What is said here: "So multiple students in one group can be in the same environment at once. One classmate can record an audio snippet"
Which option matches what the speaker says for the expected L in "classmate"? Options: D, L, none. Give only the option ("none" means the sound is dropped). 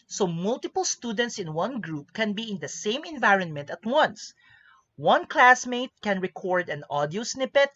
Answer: L